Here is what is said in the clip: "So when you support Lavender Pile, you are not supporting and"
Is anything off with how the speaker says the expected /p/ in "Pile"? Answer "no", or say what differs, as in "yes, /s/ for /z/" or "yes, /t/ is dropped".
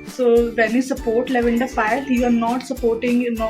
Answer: yes, /f/ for /p/